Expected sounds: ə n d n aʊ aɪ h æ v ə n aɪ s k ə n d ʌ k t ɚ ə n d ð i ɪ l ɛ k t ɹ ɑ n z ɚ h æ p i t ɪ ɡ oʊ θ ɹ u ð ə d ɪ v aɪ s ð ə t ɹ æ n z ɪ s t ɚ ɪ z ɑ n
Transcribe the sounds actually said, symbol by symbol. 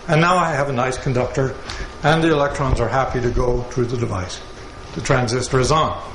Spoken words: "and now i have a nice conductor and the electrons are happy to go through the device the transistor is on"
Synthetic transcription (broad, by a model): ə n n aʊ aɪ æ v ə n aɪ s k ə n d ʌ k t ɚ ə n ð i ɪ l ɛ k t ɹ ɑ n z ɚ h æ p i t ɪ ɡ oʊ θ ɹ u ð ə d ɪ v aɪ s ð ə t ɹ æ n z ɪ s t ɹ ɪ z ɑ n